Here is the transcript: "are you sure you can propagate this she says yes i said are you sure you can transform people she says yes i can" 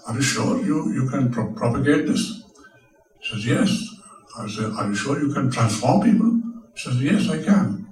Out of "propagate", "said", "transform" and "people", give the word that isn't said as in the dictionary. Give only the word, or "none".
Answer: said